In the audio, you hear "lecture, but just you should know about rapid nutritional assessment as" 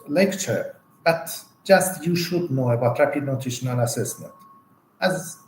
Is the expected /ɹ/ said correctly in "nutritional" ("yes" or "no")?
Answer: no